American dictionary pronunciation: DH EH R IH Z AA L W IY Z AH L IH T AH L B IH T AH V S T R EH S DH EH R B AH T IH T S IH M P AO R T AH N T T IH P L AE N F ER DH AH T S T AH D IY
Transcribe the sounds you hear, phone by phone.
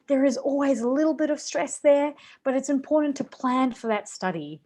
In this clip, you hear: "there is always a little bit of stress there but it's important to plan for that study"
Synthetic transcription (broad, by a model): DH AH R IH Z AA L W IY Z AH L IH T L B IH T AH V S T R EH S DH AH R B AH T IH T S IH M P AO R T N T T IH P L AE N F ER DH AH T S T AH D IY